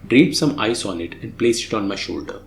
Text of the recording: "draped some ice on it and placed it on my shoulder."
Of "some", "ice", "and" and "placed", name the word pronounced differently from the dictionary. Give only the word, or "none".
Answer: placed